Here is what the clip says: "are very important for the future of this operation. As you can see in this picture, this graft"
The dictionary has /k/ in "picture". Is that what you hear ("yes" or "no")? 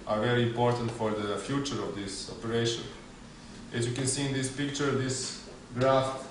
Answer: yes